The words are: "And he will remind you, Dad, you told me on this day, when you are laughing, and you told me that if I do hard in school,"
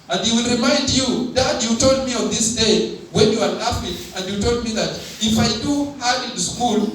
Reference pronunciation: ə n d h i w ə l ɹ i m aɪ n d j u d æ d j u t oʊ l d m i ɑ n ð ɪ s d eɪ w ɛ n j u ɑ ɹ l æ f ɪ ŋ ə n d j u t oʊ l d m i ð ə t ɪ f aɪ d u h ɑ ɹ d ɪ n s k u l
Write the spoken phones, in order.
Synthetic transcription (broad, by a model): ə n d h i w ə l ɹ i m aɪ n d j u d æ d j u t oʊ l d m i ɑ n ð ɪ s d eɪ w ɛ n j u ɑ ɹ n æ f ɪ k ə n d j u t oʊ l d m i ð ə t ɪ f aɪ d u h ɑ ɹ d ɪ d s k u l